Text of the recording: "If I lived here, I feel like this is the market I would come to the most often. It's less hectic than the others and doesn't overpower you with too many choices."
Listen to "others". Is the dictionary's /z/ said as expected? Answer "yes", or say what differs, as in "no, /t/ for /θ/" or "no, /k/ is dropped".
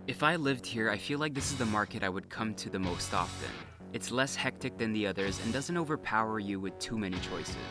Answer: yes